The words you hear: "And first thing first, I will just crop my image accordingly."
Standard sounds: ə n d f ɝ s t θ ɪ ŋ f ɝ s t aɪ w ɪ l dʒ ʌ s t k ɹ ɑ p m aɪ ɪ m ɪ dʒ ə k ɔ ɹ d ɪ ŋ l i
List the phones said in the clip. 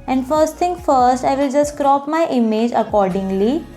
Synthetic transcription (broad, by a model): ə n d f ɝ s t t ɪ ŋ f ɝ s t aɪ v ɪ l dʒ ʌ s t k ɹ ɑ p m aɪ ɪ m ɪ dʒ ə k ɔ ɹ d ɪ ŋ l i